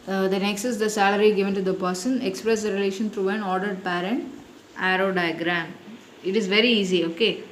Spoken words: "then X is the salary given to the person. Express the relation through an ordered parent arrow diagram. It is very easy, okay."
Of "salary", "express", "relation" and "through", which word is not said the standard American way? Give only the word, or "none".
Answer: through